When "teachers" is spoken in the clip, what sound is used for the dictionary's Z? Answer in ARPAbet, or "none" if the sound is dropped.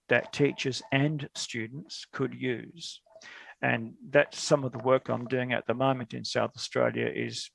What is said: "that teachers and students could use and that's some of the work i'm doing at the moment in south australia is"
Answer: Z